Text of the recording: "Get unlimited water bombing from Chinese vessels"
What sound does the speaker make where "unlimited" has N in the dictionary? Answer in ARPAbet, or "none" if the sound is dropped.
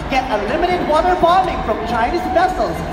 none